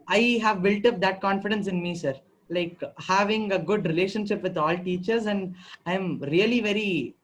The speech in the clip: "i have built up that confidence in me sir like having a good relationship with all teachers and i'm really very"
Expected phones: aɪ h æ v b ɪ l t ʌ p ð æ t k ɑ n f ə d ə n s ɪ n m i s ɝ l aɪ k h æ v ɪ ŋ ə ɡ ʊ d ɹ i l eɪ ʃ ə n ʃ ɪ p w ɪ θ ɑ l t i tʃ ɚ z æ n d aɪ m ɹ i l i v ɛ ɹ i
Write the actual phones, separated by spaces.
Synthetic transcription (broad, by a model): aɪ h æ v b ɪ l t ʌ p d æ t k ɑ n f ə d ə n s ɪ n m i s ɝ l aɪ k h æ v ɪ ŋ ə ɡ ʊ d ɹ i l eɪ ʃ ə n ʃ ɪ p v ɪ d ɑ l t i tʃ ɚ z æ n d aɪ m ɹ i l i v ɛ ɹ i